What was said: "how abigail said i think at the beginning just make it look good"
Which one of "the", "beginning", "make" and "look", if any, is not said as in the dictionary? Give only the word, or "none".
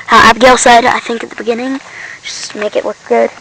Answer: look